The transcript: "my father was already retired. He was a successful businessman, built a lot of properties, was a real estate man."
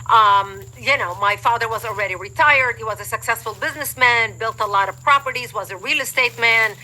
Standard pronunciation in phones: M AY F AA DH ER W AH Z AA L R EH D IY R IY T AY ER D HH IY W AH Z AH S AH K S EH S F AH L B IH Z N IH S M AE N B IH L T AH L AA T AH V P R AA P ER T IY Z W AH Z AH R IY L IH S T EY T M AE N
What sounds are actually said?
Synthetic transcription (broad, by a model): M AY F AA DH ER W AH Z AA L R EH D IY R IY T AY ER D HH IY W AH Z AH S AH K S EH S F AH L B IH Z N IH S M AE N B IH L T AH L AA T AH V P R AA P ER T IY Z W AH Z AH R IY L IH S T EY T M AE N